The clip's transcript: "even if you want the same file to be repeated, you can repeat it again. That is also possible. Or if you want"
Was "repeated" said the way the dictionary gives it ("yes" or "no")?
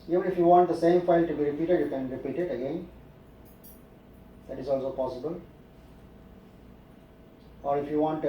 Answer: yes